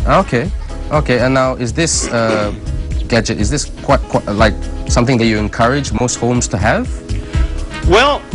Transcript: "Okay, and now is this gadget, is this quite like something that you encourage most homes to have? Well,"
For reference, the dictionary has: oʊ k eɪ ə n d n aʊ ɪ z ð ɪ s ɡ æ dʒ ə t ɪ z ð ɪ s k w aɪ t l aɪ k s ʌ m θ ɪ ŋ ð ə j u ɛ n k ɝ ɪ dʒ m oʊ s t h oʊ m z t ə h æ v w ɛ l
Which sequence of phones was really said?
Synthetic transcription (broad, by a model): oʊ k eɪ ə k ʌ n aʊ ɪ z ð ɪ s ɡ æ dʒ ə t ɪ z ð ɪ s k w aɪ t l aɪ k s ʌ m θ ɪ ŋ ð ə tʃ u ɛ n k ɝ ɪ dʒ m oʊ s t h oʊ m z t ə h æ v w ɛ l